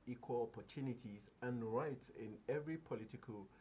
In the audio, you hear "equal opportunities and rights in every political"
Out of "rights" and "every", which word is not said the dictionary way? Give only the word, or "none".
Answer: none